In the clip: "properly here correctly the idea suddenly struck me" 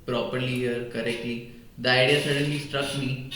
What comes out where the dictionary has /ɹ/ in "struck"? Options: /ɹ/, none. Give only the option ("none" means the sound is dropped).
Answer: /ɹ/